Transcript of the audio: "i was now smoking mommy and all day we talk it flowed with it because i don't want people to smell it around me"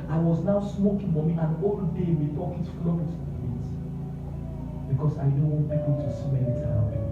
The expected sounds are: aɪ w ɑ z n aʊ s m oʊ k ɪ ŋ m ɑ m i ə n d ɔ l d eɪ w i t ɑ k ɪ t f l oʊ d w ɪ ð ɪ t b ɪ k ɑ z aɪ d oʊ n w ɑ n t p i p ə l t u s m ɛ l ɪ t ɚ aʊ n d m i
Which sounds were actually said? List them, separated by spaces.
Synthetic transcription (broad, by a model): aɪ w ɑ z n aʊ s m oʊ k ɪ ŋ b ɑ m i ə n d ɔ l d eɪ w i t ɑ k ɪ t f l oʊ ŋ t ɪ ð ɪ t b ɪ k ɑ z aɪ d oʊ n w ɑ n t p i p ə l t u s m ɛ n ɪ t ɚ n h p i